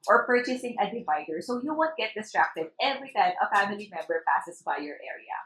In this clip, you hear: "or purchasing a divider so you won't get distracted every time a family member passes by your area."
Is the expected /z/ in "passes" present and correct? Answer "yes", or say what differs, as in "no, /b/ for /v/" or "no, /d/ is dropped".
no, /s/ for /z/